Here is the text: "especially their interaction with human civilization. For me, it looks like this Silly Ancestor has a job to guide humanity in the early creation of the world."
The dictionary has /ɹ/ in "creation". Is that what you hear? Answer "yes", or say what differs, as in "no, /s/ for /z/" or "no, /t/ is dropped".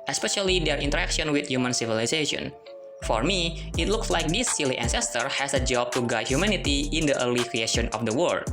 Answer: yes